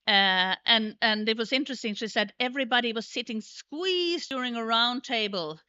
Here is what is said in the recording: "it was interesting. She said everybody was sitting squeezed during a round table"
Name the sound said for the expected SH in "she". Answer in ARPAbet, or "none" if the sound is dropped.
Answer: SH